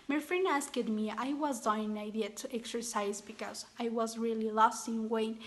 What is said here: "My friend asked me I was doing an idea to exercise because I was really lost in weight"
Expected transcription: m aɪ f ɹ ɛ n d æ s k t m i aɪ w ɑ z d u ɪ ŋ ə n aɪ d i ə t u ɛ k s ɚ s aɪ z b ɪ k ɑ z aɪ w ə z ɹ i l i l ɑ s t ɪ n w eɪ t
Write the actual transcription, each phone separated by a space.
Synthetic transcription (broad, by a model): m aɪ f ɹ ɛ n æ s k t m i aɪ w ɑ z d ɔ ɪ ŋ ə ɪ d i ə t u ɛ k s ɚ s aɪ z b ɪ k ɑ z aɪ w ə z ɹ i l i l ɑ s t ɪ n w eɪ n